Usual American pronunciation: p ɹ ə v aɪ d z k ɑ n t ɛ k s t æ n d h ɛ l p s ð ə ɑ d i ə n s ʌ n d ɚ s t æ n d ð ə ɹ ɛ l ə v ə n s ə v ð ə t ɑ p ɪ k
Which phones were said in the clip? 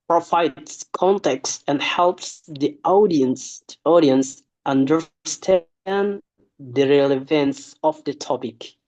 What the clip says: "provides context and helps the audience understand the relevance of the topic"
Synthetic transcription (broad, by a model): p ɹ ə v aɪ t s k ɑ n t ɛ k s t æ n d h ɛ l p s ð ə ɑ d i ə n s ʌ n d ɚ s t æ n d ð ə ɹ ɛ l ə v ə n s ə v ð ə t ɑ p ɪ k